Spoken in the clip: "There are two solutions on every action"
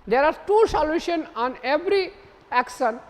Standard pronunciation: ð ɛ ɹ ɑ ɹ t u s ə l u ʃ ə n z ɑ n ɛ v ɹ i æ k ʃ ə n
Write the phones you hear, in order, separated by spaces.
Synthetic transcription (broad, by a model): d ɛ ɹ ɑ ɹ t u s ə l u ʃ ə n ɑ n ɛ v ɹ i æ k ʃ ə n